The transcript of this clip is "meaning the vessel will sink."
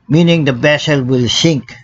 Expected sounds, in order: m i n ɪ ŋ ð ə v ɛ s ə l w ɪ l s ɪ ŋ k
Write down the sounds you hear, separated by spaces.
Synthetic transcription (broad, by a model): m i n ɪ ŋ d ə b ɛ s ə l w ɪ l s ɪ ŋ k